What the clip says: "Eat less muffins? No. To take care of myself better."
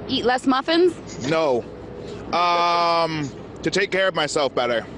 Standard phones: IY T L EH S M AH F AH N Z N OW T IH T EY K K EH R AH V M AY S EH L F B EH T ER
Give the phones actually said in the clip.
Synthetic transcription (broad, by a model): IY T L EH S M AH F AH N Z N OW T IH T EY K K EH R AH V M AY S EH L F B EH T ER